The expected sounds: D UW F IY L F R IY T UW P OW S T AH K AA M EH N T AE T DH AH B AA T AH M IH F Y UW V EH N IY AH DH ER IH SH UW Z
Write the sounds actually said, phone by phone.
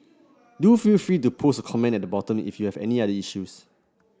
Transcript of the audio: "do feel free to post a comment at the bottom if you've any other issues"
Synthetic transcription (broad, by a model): D UW F IY L F R IY T UW P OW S AH K AA M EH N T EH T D AH B AA T AH M IH F Y UW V EH N IY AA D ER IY SH UW S